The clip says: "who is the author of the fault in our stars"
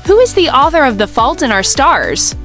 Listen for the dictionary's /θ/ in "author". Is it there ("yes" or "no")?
yes